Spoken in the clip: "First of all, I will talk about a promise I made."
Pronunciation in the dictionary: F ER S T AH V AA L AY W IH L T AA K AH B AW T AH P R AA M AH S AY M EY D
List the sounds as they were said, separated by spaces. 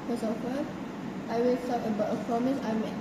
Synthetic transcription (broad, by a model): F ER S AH F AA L AY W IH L S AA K AH B AW T AH P R AA M AH S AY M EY